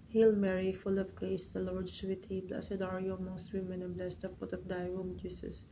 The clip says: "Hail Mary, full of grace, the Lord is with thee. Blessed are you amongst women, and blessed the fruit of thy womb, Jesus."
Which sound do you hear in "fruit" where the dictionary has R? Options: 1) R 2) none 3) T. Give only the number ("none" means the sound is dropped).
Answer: 2